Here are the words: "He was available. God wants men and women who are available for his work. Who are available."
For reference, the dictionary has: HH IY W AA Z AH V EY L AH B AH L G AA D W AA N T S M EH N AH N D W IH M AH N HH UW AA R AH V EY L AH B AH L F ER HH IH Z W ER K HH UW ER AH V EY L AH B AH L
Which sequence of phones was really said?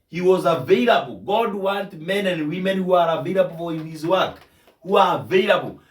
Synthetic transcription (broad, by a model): HH IY W AA Z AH V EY L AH B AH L G AA D W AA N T M EH N AH N D W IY M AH N HH UW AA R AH V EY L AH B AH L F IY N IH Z W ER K HH UW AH V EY L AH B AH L